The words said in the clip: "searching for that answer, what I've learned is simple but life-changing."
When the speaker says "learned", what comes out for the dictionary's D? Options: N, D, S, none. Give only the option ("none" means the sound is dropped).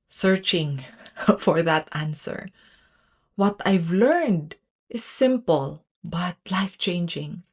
D